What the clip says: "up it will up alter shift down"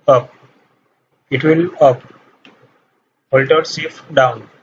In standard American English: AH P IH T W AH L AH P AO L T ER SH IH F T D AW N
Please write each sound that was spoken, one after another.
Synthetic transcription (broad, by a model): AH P IH T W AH L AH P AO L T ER S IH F D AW N